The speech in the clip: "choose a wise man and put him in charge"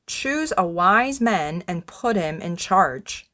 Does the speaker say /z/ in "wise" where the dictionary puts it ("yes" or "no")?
yes